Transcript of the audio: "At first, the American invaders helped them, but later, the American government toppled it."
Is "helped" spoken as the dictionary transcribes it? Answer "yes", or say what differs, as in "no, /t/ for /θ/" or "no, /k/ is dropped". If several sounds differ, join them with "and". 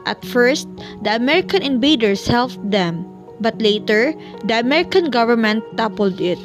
no, /f/ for /p/